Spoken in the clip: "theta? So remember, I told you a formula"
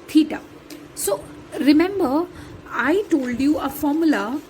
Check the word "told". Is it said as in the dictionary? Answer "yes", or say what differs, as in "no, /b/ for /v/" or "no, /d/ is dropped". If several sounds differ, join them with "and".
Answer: yes